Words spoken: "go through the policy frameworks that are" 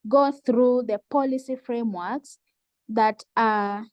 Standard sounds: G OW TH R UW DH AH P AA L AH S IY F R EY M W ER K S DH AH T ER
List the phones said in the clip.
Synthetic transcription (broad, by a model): G OW TH R UW DH AH P AA L AH S IY F R EY M W ER K S DH AH T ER